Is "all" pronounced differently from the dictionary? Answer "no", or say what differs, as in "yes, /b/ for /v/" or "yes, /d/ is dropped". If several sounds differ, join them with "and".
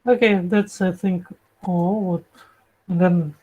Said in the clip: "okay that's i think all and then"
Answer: yes, /w/ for /l/